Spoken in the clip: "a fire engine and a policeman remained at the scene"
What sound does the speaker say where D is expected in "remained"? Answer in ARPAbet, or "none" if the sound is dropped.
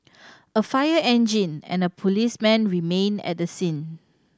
none